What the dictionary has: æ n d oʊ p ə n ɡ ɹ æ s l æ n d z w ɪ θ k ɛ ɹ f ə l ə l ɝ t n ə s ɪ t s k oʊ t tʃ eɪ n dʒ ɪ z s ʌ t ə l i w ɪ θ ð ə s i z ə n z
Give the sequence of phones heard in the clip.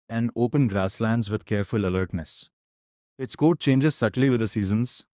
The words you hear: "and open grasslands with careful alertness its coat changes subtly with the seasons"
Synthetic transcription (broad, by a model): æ n d oʊ p ə n ɡ ɹ æ s l æ n d z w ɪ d k ɛ ɹ f ə l ə l ɝ t n ə s ɪ t s k oʊ t tʃ eɪ n dʒ ɪ z s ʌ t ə l i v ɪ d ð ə s i z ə n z